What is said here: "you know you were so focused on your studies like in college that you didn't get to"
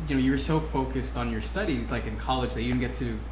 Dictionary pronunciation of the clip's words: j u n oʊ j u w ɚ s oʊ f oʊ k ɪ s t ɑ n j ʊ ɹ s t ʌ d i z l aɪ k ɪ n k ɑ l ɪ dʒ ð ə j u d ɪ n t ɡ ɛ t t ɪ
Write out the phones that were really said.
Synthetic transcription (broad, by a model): j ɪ n oʊ j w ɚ s oʊ f oʊ k ɪ s t n j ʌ ɹ s t ʌ d i z l aɪ k ɪ n k ɑ l ɪ dʒ ð ə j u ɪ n ɡ ɛ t t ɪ